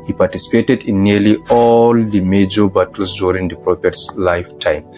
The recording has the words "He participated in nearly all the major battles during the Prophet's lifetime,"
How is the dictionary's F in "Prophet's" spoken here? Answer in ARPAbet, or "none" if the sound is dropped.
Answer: P